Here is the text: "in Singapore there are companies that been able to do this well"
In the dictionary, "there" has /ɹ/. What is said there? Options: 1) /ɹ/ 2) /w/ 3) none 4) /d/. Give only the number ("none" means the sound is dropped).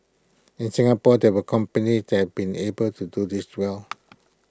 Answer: 2